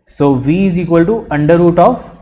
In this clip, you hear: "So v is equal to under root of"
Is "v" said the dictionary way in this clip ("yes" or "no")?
yes